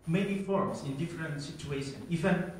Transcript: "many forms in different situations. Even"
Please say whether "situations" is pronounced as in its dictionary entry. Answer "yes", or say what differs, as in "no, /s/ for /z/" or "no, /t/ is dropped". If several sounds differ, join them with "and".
no, /z/ is dropped